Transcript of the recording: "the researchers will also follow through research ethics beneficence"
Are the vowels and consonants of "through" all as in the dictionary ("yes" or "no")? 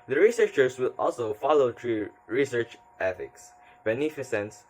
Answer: no